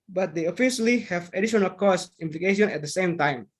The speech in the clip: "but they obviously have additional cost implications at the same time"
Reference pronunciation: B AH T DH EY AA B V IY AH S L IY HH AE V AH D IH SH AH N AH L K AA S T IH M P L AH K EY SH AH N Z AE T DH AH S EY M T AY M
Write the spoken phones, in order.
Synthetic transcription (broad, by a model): B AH T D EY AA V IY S L IY HH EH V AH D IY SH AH N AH L K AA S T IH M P L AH K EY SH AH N EH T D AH S EY M T AY M